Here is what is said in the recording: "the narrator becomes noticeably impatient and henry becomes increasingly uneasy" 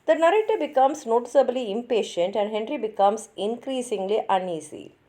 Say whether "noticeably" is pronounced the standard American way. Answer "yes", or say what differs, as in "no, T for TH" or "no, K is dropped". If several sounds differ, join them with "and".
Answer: yes